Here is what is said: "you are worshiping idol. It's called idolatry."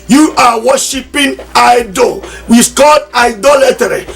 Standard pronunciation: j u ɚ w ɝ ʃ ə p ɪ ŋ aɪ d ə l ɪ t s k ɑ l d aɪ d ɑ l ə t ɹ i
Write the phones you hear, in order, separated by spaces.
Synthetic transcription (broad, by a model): j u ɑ w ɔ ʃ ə p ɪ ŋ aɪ d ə w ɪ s k ɑ l d aɪ d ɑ l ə t ɹ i